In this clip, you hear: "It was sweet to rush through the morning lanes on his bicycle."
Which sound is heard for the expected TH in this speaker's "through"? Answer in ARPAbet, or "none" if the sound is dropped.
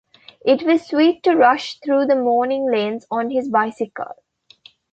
T